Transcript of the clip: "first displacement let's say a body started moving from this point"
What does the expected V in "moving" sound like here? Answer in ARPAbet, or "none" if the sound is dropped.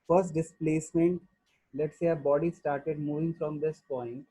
V